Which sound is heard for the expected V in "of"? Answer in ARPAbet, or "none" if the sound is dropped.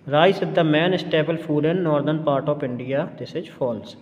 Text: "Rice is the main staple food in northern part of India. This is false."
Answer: P